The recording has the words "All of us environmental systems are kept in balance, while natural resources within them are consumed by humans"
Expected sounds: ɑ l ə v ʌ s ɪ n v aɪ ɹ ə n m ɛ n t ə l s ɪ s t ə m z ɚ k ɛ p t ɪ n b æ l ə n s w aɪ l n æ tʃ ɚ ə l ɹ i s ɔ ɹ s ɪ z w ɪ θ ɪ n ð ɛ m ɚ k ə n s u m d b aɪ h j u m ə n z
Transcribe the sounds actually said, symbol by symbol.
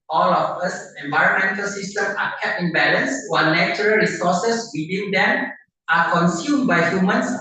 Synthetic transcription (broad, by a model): ɑ l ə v ʌ s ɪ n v aɪ ɹ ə n m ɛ n t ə l s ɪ s t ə m ɑ k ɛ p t ɪ n b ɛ l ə n s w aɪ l n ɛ tʃ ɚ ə l ɹ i s ɔ s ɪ s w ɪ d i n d ɛ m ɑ k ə n s u m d b aɪ h j u m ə n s